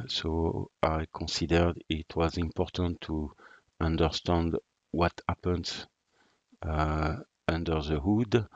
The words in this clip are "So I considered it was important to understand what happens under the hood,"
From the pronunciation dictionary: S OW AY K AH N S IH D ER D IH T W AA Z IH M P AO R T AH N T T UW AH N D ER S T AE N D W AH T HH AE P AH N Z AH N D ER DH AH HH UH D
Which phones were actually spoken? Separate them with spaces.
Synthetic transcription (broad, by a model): S OW AY K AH N S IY D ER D IH T W AA Z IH M P AO R T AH N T T UW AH N D ER S T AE N D W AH T HH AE P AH N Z AH N D ER DH AH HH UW D